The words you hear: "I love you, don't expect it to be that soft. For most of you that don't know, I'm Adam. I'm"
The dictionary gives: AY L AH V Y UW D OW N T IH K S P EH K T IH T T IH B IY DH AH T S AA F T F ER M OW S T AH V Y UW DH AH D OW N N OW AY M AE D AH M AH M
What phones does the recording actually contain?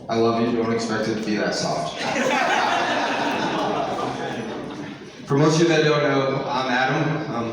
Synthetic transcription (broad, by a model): AY L AH V Y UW D OW N T IH K S P EH K T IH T T IH B IY DH AH T S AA T F ER M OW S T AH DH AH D OW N N OW AY M AE D AH M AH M